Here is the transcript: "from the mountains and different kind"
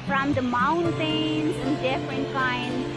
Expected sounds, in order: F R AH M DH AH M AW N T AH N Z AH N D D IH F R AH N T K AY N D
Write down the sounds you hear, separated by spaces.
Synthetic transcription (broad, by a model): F R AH M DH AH M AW N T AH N S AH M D D IH F R AH N T K AY N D